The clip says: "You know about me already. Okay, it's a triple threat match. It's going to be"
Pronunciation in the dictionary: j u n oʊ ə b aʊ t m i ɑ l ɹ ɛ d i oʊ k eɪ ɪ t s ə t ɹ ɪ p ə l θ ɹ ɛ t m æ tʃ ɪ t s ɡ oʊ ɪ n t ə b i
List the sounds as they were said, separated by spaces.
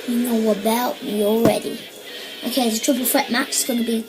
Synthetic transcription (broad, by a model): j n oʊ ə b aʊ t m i ɑ l ɹ ɛ d i oʊ k eɪ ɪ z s ə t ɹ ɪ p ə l f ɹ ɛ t m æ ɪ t s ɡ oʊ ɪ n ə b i